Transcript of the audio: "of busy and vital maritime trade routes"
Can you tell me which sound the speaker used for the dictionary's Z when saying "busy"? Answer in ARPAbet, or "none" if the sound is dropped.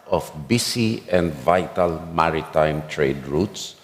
S